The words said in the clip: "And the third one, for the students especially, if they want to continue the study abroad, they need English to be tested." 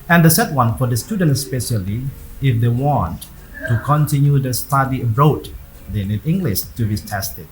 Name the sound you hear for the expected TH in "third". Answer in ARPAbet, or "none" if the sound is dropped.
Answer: S